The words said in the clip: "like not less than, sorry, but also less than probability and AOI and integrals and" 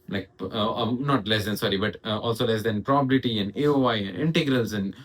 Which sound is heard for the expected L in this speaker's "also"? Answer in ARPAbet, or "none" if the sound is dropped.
L